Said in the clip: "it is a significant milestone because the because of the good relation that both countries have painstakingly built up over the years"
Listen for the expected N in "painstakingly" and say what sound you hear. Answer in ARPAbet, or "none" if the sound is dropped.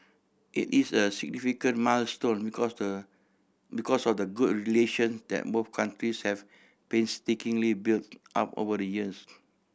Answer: N